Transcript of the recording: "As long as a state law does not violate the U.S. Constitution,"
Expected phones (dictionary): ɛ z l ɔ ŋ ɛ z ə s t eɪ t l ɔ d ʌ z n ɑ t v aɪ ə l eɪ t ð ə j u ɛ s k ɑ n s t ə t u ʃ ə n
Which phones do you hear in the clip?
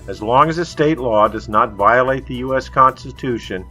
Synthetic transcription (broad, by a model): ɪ z l ɔ ŋ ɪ z ə s t eɪ t l ɔ d ʌ z n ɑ t v aɪ ə l eɪ t ð ə j u ɛ s k ɑ n s t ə t u ʃ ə n